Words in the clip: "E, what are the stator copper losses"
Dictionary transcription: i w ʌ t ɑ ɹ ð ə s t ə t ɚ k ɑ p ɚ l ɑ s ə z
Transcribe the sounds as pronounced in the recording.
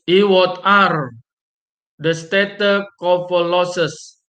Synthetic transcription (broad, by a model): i w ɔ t ɑ ɹ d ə s t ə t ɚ k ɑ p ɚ l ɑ s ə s